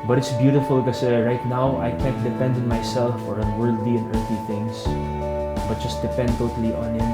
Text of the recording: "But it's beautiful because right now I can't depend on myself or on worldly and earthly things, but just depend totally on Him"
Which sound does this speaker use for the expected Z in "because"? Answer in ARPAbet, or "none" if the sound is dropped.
none